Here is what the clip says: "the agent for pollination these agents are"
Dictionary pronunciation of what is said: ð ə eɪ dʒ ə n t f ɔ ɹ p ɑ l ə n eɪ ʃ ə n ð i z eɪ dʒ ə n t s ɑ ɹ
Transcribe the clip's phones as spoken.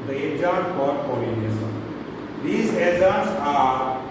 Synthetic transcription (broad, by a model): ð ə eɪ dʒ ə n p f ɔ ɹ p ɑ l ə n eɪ s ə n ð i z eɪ z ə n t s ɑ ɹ